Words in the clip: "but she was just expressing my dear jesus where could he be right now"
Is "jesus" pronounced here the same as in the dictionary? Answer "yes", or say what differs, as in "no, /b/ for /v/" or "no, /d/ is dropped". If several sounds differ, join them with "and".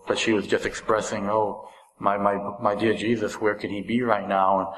yes